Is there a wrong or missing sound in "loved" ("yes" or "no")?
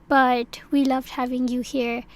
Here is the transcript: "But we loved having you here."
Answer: no